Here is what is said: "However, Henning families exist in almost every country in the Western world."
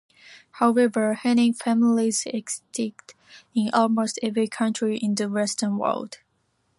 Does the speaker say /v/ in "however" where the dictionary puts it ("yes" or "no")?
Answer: yes